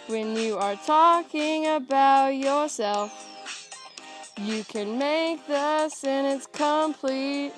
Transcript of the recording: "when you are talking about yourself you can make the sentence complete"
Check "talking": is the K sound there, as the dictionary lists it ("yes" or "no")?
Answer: yes